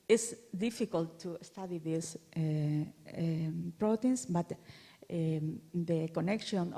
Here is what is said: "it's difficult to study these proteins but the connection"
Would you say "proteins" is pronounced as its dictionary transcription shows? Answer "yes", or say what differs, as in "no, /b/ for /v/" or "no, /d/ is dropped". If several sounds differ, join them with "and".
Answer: no, /s/ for /z/